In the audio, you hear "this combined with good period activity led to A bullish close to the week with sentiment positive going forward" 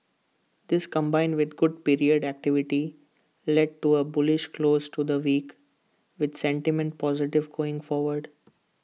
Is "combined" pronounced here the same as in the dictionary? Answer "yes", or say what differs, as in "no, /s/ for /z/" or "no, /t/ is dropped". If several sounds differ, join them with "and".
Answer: yes